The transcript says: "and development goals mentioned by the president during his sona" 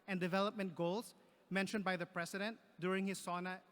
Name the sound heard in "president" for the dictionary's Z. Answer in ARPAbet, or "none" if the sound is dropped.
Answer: S